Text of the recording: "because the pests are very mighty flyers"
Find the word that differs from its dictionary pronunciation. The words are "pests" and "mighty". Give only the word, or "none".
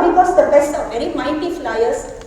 pests